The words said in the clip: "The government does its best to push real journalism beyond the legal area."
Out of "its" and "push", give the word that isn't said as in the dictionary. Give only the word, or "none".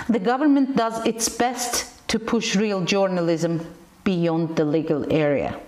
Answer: none